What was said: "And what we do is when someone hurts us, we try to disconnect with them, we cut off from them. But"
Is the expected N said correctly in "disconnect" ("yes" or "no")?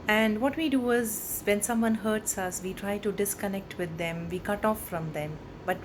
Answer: yes